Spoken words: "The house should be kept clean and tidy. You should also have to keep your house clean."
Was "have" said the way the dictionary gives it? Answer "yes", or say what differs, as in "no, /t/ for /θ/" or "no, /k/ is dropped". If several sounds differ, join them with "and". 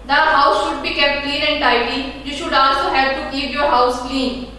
no, /p/ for /v/